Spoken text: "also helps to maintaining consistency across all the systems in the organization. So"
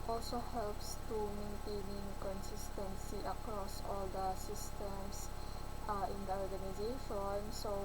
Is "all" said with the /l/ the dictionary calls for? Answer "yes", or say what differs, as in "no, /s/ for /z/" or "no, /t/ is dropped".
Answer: yes